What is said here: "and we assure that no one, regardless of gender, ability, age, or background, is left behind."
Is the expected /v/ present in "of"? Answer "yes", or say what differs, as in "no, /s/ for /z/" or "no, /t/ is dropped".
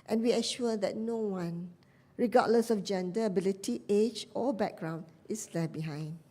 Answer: no, /f/ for /v/